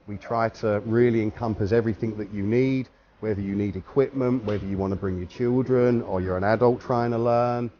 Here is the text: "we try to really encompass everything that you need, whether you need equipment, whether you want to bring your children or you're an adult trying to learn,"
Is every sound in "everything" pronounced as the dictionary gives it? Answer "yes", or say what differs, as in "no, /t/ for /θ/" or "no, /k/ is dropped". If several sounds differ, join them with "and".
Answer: yes